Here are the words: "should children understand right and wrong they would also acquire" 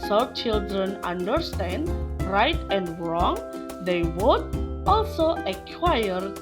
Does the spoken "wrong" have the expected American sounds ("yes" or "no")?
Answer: yes